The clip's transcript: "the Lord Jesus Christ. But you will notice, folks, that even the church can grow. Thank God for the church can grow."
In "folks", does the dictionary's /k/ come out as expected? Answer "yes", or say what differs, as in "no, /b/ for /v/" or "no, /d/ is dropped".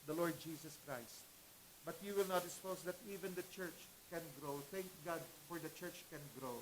no, /k/ is dropped